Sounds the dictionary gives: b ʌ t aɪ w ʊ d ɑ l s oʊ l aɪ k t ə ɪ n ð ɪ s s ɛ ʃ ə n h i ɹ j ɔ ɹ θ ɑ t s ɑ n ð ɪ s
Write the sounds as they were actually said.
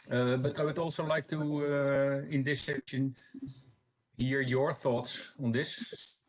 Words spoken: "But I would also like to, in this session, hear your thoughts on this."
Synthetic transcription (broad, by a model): b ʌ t aɪ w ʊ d ɑ l s oʊ l aɪ k t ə ɪ n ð ɪ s s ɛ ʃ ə n h i ɹ j ɔ ɹ θ ɑ t s ɑ n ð ɪ s